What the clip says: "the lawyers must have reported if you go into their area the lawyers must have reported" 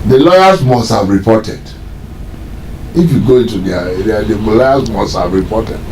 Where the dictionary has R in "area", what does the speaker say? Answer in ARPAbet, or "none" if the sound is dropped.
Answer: none